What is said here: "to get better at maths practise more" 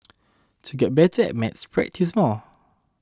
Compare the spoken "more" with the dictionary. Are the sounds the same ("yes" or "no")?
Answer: no